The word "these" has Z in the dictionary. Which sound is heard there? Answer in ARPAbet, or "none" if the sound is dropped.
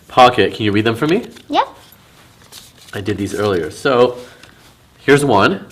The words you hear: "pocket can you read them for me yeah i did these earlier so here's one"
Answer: Z